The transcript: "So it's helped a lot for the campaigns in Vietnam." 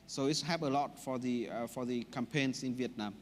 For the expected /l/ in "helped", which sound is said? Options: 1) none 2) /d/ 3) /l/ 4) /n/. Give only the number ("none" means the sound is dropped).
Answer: 1